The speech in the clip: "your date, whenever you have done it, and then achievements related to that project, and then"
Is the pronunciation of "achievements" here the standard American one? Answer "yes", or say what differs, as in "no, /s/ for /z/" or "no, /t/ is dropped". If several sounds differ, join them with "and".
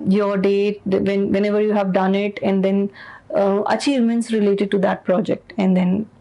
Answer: yes